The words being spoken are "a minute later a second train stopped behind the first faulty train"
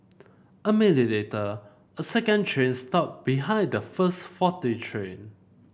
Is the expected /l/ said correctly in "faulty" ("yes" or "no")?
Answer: no